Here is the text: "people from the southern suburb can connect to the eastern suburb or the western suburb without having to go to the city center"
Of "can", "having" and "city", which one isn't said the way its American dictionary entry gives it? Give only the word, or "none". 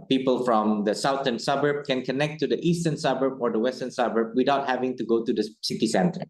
none